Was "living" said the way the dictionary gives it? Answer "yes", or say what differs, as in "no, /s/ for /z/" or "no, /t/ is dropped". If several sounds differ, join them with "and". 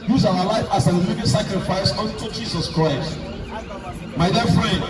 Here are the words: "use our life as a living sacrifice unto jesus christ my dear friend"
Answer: no, /n/ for /l/